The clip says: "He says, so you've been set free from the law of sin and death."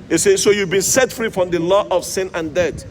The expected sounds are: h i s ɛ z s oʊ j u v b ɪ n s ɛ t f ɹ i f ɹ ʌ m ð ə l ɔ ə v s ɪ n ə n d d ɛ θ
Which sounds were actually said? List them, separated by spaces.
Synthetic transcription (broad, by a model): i s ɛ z s oʊ j u v b ɪ n s ɛ t f ɹ i f ɹ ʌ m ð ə l ɔ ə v s ɪ n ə n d d ɛ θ